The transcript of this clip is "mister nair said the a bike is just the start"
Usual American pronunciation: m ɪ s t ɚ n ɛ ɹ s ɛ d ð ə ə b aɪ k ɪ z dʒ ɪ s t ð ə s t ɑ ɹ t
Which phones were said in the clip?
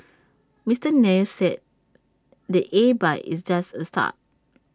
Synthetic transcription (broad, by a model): m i s t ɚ n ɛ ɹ s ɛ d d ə ə b aɪ ɪ s dʒ ɪ s t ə s t ɑ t